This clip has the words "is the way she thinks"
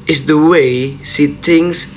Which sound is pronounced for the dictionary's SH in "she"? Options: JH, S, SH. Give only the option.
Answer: S